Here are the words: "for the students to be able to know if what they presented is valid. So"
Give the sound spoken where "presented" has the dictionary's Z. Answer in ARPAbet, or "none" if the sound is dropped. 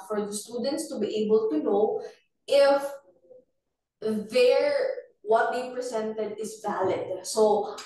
S